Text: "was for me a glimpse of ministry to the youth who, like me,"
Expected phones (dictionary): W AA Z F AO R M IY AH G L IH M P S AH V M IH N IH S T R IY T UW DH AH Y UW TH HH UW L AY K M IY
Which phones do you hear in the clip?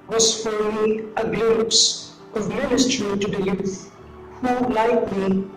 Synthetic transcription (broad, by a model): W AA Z F AO R M IY AH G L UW P S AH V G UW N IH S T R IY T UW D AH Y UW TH HH UW L AY K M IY